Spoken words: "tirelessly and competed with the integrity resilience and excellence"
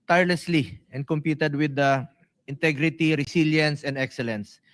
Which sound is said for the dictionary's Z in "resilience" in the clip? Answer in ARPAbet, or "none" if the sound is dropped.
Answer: S